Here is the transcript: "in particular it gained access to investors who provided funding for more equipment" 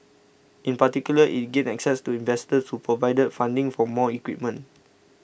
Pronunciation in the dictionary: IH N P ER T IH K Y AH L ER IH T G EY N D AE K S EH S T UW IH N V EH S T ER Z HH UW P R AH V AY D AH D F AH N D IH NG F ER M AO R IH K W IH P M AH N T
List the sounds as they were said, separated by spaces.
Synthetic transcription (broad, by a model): IH N P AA T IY K Y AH L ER IH T G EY D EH K S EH S T UW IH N V EH S T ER S HH UW P R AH V AY D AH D F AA N D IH NG F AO M AO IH K W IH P M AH N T